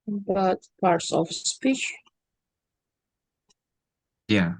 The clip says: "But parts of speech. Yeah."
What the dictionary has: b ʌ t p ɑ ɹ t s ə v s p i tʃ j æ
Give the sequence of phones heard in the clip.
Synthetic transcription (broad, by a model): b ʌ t p ɑ ɹ t s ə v s p i tʃ j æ